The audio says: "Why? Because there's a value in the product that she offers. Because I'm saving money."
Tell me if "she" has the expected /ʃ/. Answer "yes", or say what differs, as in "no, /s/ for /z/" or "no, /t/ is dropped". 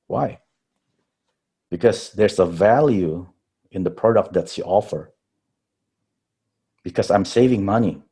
no, /s/ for /ʃ/